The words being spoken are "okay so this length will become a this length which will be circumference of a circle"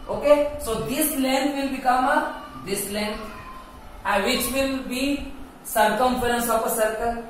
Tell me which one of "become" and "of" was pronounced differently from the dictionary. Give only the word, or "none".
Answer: of